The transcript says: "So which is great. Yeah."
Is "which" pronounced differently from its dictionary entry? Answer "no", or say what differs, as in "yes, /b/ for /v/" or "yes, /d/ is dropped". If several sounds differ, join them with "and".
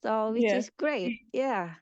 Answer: yes, /tʃ/ is dropped